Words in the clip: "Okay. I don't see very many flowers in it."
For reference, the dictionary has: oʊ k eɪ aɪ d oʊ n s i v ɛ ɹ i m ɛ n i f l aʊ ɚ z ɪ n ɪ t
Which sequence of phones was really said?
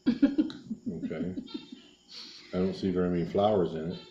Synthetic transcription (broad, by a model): oʊ k eɪ aɪ d oʊ n s i v ɛ ɹ i m ɛ n i f l aʊ ɚ z ɪ n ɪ t